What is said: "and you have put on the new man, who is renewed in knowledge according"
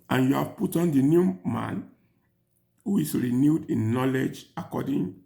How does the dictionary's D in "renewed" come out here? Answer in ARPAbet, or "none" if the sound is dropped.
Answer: D